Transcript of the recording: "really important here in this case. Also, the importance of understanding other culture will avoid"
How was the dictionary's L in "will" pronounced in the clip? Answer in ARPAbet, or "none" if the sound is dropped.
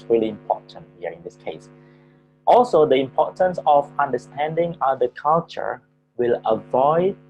L